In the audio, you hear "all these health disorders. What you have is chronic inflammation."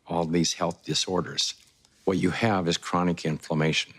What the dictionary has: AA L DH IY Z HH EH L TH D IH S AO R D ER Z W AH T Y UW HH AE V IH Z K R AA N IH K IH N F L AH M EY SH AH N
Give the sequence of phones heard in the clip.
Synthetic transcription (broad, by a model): AA L DH IY Z HH EH L TH D IH S AO R D ER Z W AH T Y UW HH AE V IH Z K R AA N IH K IH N F L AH M EY SH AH N